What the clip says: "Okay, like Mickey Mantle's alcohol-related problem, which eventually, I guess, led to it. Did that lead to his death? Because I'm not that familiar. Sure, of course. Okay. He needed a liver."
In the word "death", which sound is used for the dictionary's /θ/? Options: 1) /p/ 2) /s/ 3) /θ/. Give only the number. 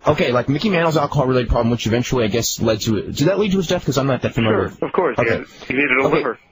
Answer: 3